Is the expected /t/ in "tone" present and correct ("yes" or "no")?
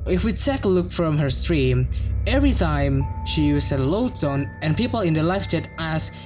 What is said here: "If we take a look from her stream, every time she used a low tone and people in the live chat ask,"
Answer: no